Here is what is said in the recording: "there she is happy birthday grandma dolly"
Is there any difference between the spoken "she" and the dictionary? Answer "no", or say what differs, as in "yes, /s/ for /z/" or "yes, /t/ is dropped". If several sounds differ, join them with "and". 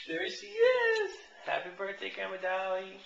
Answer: yes, /s/ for /ʃ/